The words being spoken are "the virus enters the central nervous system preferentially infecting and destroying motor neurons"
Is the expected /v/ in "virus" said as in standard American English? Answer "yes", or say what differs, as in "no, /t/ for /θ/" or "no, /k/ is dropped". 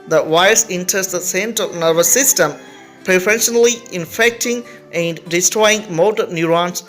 no, /w/ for /v/